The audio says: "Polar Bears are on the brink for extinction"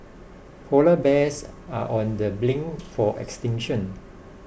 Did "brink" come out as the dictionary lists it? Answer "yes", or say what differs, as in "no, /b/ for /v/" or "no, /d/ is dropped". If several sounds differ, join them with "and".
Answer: no, /l/ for /ɹ/